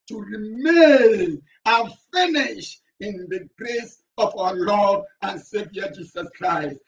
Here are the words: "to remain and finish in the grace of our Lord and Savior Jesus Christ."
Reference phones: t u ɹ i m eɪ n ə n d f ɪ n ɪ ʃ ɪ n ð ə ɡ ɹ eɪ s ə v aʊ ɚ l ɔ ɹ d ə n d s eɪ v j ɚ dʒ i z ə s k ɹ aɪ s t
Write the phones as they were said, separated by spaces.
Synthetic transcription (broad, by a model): t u ɹ i m eɪ n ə n f ɪ n ɪ ʃ ɪ n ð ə ɡ ɹ eɪ s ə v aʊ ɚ l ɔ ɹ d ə n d s eɪ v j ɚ dʒ i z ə s k ɹ aɪ s t